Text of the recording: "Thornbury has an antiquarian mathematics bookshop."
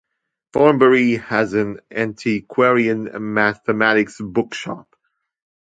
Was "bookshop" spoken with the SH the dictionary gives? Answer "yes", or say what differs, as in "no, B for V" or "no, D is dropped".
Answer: yes